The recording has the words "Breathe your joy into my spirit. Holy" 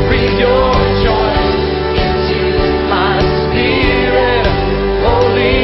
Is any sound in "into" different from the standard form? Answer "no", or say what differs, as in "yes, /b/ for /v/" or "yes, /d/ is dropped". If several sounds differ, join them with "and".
yes, /s/ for /t/